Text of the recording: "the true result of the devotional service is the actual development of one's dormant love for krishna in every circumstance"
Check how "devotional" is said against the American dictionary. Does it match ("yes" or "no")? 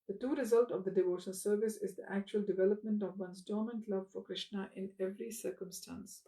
no